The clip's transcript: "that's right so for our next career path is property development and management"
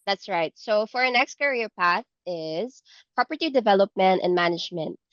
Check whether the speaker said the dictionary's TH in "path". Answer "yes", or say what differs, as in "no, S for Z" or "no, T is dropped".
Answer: yes